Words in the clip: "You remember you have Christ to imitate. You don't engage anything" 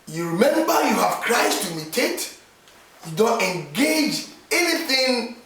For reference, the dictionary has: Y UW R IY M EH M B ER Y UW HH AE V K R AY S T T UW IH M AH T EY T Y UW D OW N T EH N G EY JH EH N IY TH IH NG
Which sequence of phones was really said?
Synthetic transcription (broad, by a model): Y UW R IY M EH M B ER Y UW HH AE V K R AY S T T UW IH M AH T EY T Y UW D OW N T EH N G EY JH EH N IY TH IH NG